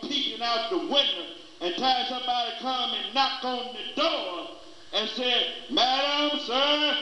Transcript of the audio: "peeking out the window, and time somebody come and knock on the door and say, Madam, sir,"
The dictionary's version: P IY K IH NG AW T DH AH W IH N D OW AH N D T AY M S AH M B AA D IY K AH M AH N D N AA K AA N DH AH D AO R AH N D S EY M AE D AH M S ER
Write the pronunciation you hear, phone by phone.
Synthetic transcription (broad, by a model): P IY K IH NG AW T DH AH W IH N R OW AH N T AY S AH M B AA D IY K AH M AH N N AA K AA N DH AH D AO R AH N S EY M AE D AH M S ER